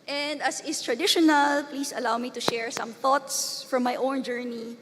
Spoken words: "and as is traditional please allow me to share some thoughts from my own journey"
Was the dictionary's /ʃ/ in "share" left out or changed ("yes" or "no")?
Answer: no